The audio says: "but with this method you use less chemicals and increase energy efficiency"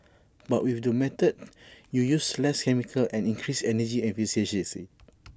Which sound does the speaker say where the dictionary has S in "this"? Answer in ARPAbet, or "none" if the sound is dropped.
none